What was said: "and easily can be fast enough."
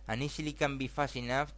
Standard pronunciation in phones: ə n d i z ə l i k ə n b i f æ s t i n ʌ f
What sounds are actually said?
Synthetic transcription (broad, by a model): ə n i s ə l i k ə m b i f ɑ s i n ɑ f